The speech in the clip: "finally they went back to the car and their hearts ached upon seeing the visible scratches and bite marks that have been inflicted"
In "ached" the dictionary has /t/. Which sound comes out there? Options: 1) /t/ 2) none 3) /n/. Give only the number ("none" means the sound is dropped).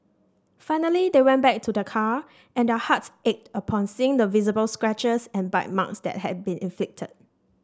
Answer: 1